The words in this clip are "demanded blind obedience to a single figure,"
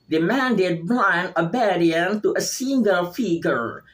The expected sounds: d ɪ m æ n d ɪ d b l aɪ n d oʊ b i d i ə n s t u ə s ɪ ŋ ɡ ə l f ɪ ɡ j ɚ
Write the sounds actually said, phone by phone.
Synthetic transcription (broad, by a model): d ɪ m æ n d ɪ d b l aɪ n oʊ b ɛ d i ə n t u ə s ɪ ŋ ɡ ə l f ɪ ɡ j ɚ